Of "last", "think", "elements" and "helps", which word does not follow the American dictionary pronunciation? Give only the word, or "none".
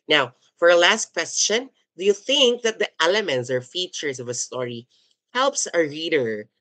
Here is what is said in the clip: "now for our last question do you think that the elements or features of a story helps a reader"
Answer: none